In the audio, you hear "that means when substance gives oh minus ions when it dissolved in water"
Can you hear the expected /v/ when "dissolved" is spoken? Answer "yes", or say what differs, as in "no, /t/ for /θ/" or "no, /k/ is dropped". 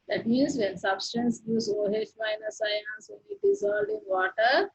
no, /v/ is dropped